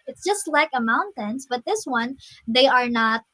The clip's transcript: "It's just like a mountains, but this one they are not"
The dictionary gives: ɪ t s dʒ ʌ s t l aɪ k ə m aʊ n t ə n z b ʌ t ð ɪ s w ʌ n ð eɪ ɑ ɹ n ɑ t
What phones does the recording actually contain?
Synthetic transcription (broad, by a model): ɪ t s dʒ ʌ s t l aɪ k ə m aʊ n t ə n s b ʌ t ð ɪ s w ʌ n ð eɪ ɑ ɹ n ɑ t